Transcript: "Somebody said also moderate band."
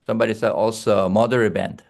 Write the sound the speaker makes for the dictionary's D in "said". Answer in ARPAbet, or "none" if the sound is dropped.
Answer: none